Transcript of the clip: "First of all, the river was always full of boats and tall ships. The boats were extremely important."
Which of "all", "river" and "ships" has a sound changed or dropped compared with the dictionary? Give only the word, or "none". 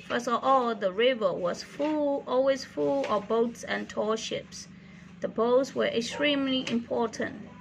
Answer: none